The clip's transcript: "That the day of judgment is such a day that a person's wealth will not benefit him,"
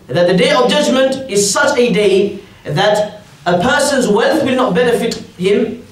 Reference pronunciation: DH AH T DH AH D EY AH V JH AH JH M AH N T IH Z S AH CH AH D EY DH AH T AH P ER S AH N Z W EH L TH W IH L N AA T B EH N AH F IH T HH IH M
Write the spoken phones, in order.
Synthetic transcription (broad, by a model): DH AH T DH AH D EY AH V JH AH JH M AH N T IH Z S AH CH AH D EY DH AH T AH P ER S AH N Z W EH L TH W IH L N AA T B EH N AH F IH T HH IH M